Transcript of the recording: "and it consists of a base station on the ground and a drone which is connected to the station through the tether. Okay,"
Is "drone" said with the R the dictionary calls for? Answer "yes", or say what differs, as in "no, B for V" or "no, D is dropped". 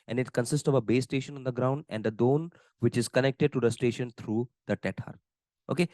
no, R is dropped